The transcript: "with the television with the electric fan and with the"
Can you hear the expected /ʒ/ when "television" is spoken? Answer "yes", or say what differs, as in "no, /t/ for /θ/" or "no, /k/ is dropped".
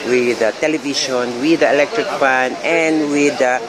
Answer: no, /ʃ/ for /ʒ/